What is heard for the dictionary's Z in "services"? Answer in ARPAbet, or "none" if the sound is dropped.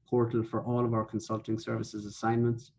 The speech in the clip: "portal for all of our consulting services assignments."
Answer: Z